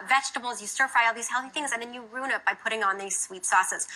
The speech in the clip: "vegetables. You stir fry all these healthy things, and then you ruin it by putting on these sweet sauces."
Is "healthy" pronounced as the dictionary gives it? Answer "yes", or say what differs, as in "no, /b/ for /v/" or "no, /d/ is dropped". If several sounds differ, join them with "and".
yes